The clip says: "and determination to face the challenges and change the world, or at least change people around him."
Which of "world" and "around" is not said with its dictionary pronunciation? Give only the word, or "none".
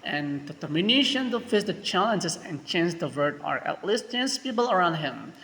world